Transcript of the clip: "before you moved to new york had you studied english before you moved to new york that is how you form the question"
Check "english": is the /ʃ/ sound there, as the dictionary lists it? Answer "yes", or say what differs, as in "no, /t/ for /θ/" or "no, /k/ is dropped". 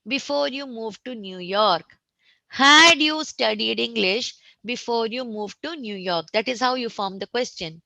yes